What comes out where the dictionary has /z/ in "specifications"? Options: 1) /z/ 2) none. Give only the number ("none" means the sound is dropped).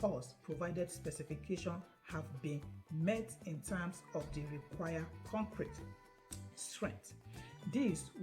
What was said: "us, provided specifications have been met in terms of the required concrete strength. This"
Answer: 2